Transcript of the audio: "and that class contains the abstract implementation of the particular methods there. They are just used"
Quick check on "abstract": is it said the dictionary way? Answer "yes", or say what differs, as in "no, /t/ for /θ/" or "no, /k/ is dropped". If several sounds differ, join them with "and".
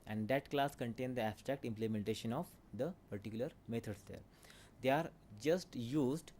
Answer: yes